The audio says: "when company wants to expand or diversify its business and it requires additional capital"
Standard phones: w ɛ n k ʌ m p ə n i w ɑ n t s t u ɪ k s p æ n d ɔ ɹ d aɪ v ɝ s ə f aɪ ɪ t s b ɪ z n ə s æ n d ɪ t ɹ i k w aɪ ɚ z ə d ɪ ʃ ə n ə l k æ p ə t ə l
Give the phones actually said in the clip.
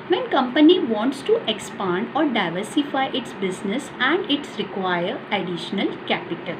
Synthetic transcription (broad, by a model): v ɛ n k ʌ m p ə n i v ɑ n t s t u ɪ k s p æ n d ɔ ɹ d aɪ v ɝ s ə f aɪ ɪ t s b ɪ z n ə s æ n d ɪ t ɹ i k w aɪ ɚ ə d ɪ ʃ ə n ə l k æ p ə t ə l